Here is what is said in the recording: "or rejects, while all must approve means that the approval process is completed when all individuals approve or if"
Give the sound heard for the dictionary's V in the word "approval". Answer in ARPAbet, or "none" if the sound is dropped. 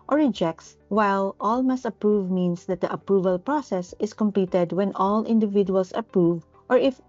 V